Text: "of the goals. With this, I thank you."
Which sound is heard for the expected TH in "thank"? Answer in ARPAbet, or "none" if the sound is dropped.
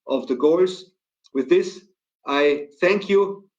TH